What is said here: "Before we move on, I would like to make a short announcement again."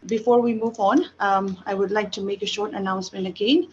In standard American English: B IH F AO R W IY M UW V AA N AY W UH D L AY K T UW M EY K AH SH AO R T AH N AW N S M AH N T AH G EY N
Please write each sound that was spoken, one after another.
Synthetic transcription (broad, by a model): B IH F AO R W IY M UW V AA N AY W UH D L AY K T UW M EY K AH SH AO R T AH N AW N S M AH N T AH G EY N